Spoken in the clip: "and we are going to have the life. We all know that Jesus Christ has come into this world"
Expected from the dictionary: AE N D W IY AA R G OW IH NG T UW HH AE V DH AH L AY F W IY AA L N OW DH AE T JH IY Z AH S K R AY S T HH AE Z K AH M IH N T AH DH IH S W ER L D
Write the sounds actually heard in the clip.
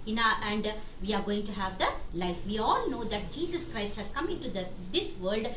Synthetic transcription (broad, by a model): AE N D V IY AA R G OW IH NG T UW HH AE V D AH L AY F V IY AA L N OW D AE T JH IY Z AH S K R AY S T HH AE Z K AH M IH N T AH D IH S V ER L D